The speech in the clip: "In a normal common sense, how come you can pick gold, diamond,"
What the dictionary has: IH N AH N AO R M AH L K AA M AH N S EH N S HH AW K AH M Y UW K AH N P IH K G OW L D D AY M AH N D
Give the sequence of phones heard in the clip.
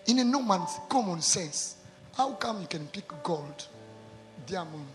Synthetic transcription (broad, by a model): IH N AH N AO M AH N K AA M AH N S EH N S HH AW K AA M Y UW K AH N P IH K G OW L D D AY M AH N